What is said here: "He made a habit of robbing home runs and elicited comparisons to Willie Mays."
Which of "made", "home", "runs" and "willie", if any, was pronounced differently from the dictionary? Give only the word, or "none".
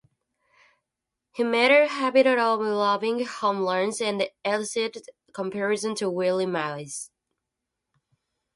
runs